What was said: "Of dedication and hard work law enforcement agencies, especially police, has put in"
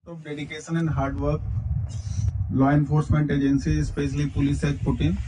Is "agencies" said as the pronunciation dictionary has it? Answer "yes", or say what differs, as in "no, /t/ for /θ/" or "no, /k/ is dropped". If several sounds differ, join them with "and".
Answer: no, /z/ is dropped